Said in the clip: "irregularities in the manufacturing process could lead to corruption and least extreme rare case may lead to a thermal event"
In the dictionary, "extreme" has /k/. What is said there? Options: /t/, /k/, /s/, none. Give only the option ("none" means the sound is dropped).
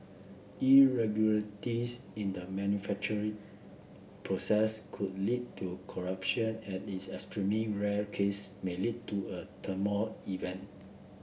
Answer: none